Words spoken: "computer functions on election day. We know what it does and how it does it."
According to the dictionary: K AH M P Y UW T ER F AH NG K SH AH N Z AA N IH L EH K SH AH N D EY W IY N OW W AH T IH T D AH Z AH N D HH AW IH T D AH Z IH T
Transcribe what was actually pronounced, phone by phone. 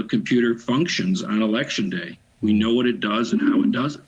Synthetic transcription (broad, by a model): K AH M P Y UW T ER F AH NG K SH AH N Z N IH L EH K SH AH N D EY W IY N OW W AH T IH T D AH Z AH N HH AW IH T D AH Z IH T